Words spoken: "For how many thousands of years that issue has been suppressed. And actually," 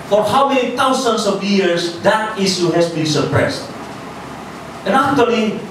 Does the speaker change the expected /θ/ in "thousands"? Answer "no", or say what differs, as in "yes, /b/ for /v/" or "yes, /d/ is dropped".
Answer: yes, /t/ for /θ/